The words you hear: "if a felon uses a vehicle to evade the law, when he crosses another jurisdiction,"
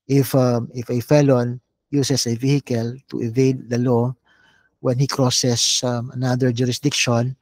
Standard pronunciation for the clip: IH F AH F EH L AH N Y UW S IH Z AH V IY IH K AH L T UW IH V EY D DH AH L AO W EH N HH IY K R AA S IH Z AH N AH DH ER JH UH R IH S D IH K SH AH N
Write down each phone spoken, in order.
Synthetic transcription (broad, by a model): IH F AH F EH L AH N Y UW S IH S AH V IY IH K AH L T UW IH V EY D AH L AO W EH N HH IY K R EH S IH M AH N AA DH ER JH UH R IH S D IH K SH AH N